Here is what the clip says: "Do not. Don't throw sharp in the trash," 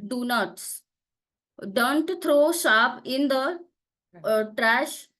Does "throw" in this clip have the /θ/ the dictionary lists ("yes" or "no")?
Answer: no